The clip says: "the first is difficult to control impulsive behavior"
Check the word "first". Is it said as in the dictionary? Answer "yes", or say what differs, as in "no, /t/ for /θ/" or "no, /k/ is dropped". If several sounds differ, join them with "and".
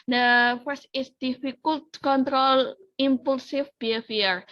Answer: no, /t/ is dropped